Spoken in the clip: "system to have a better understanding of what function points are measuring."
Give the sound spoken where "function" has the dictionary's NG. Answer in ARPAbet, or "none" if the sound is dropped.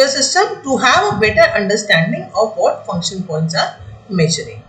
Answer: NG